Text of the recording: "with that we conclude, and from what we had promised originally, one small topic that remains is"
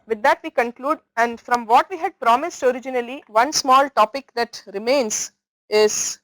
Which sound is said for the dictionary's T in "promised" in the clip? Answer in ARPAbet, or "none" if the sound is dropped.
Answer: T